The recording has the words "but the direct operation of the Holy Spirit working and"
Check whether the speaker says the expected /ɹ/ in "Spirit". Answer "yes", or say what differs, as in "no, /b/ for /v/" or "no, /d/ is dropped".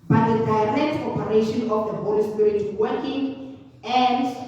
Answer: no, /ɹ/ is dropped